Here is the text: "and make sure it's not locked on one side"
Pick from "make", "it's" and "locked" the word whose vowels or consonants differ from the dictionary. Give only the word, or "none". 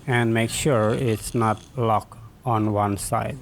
locked